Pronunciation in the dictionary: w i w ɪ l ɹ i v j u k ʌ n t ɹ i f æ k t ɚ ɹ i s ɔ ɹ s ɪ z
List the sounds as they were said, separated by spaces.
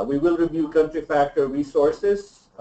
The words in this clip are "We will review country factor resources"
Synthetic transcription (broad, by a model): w i w ɪ l ɹ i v j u k ʌ n t ɹ i f æ k t ɚ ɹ i s ɔ ɹ s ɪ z